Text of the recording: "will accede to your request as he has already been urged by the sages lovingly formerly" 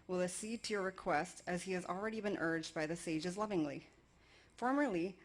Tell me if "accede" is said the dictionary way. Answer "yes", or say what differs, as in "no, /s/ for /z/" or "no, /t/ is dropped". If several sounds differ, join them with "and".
no, /k/ is dropped